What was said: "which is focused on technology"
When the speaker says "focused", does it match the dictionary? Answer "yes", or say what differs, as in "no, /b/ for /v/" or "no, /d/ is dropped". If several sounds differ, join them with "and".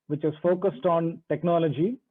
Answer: yes